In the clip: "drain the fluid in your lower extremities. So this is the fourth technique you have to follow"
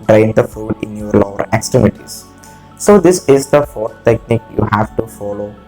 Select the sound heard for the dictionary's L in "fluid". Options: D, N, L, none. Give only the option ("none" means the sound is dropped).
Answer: none